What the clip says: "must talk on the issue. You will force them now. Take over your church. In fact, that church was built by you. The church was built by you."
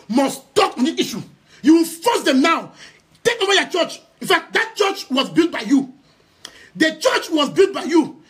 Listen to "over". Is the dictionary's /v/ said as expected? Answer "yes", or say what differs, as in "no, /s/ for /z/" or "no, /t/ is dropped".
no, /w/ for /v/